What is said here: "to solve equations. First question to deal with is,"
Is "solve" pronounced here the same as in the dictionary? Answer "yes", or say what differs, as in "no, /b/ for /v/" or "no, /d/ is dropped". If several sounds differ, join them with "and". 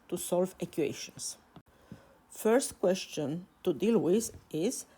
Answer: yes